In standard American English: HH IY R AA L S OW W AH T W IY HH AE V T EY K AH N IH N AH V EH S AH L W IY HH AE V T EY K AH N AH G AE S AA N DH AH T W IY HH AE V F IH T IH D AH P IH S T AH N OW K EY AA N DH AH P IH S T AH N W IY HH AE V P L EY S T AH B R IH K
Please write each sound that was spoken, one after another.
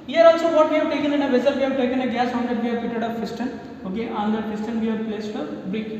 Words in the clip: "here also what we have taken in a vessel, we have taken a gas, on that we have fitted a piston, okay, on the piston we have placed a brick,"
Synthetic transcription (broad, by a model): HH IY R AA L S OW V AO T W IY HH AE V T EY K AH N IH N AH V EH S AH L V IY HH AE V T EY K AH N AH G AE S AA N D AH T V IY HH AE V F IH T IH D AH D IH S T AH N OW K EY AA N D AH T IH S T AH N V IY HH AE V P L EY S T AH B R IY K